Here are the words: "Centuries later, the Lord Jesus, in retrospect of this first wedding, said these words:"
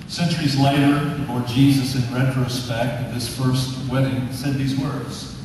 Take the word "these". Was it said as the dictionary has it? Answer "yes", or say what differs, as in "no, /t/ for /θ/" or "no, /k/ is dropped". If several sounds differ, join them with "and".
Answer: yes